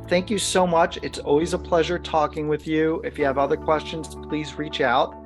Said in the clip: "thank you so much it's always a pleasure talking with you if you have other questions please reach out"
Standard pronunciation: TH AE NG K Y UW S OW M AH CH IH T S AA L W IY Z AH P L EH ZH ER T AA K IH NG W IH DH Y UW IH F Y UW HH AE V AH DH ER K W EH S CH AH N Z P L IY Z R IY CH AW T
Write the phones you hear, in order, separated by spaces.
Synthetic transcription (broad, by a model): TH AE NG K Y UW S OW M AH CH IH T S AA L W IY Z AH P L EH ZH ER T AA K IH NG W IH DH Y UW IH F Y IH V AH DH ER K W EH S CH AH N Z P L IY Z R IY CH AW T